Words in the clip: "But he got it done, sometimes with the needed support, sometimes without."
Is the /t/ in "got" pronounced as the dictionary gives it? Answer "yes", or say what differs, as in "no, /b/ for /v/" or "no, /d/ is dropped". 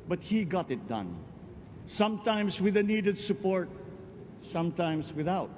yes